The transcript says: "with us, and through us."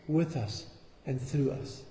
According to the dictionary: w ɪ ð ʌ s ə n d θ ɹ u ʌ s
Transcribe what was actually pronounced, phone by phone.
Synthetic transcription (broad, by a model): w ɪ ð ʌ s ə n θ ɹ u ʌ s